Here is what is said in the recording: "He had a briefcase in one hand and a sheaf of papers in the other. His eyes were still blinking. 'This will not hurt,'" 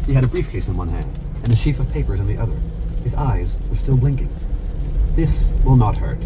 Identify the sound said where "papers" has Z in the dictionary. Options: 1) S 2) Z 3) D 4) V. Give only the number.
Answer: 2